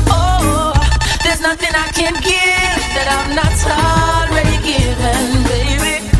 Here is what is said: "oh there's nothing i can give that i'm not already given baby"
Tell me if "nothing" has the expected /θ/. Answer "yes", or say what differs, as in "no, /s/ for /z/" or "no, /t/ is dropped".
yes